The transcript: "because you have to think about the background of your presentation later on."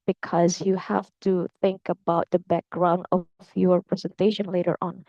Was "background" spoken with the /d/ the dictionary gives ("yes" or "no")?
yes